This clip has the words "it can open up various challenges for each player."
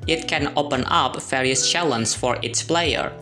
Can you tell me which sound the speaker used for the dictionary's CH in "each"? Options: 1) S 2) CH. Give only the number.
1